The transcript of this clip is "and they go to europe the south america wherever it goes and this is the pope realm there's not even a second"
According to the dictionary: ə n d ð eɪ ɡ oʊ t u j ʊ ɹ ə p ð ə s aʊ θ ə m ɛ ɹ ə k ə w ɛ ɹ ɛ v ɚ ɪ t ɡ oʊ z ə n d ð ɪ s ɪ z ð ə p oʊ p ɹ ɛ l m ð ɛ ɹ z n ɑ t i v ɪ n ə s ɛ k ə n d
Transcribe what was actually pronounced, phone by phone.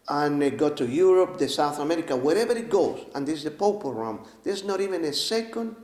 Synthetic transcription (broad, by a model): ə n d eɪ ɡ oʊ t u j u ɹ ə p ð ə s aʊ θ ə m ɛ ɹ ə k ə w ɛ ɹ ɛ v ɚ ɪ t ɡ oʊ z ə n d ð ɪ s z ð ə p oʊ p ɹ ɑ m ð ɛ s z n ɑ t i v ɪ n ə s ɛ k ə n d